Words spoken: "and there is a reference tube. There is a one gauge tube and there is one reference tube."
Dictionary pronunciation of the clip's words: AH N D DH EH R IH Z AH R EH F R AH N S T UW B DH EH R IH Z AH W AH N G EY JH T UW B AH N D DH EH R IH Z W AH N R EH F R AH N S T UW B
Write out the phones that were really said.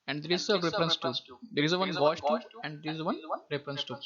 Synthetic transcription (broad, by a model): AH N D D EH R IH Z AH R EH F R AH N S T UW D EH R IH Z AH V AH N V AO CH T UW AH N D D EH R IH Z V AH N R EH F R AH N S T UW